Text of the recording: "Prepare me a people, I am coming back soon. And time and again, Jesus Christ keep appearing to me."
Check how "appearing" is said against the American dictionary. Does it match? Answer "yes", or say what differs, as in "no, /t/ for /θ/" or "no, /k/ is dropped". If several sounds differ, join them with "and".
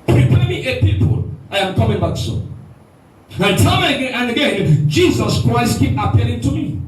no, /l/ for /ɹ/